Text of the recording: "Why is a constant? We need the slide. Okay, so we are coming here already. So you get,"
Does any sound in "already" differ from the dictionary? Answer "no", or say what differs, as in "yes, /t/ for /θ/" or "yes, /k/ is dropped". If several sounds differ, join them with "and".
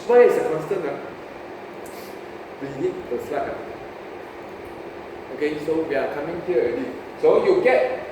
yes, /ɹ/ is dropped